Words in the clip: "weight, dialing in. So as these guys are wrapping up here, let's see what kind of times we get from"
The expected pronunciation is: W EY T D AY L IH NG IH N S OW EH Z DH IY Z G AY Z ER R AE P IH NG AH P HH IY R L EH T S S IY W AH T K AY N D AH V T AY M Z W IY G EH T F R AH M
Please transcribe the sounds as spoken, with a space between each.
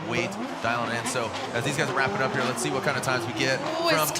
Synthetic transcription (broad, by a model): W EY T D AY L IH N IH N S OW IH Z DH IY Z G AY Z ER R AE P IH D AH P HH IY R L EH T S S IY W AH T K AY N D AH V T AY M Z W IY G EH T R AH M